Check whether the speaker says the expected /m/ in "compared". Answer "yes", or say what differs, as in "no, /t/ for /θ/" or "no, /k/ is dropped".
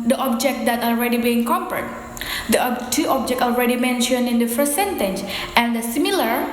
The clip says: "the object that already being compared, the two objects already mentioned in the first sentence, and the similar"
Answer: no, /m/ is dropped